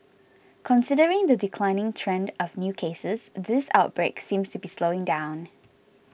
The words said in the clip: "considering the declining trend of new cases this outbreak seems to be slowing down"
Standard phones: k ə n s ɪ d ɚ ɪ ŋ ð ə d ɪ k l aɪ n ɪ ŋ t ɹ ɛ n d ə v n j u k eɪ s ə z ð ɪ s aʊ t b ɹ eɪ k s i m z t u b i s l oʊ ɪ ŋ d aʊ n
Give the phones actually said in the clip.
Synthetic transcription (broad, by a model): k ə n s ɪ d ɚ ɪ ŋ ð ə d ɪ k l aɪ n ɪ ŋ t ɹ ɛ n d ə v n j u k eɪ s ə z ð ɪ s aʊ t b ɹ eɪ k s i m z t u b i s l oʊ ɪ ŋ d aʊ n